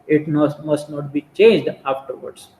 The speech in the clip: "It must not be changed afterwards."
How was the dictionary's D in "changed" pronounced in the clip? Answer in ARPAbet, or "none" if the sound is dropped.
D